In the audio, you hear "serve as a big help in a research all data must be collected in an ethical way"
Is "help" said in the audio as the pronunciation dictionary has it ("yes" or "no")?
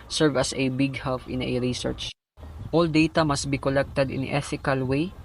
no